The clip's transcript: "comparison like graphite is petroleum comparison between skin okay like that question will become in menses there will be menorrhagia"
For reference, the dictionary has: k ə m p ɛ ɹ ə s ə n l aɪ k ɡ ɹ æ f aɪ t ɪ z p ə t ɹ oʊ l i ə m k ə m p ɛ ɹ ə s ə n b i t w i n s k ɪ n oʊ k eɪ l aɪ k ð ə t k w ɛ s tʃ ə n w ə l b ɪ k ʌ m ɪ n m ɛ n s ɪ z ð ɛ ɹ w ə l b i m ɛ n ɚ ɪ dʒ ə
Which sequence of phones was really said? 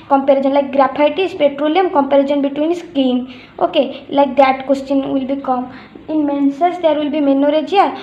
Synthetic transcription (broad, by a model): k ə m p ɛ ɹ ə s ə n l aɪ k ɡ ɹ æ p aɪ t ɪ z p ə t ɹ oʊ l i ə m k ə m p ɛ ɹ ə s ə n b i t w i n s k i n oʊ k eɪ l aɪ k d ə t k w ɛ s tʃ ə n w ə l b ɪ k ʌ m ɪ n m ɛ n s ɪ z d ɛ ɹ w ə l b i m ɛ n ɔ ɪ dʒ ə